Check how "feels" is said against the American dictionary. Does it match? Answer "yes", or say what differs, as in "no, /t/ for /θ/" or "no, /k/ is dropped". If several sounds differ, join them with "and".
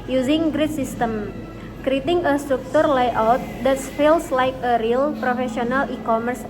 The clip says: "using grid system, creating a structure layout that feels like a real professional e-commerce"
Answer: no, /s/ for /z/